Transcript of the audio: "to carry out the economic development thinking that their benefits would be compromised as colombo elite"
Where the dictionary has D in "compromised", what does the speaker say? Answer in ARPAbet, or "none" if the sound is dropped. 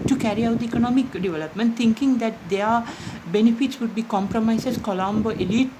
none